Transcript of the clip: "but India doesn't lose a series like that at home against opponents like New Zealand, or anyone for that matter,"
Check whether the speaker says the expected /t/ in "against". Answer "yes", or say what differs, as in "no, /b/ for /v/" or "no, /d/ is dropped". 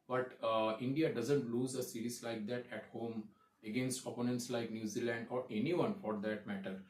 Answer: yes